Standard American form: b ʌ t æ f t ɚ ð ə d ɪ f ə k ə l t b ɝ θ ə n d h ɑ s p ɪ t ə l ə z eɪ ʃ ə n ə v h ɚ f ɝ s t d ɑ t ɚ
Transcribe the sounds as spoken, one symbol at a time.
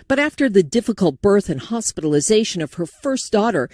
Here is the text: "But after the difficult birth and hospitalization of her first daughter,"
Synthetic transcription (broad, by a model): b ʌ t æ f t ɚ ð ə d ɪ f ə k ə l t b ɝ θ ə n h ɑ s p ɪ t l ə z eɪ ʃ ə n ə v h ɚ f ɝ s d ɑ t ɚ